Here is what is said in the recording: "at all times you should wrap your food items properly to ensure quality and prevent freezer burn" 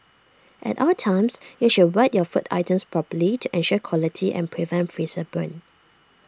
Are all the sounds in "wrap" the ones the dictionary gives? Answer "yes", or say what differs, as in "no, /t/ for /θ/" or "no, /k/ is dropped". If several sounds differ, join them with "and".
no, /w/ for /ɹ/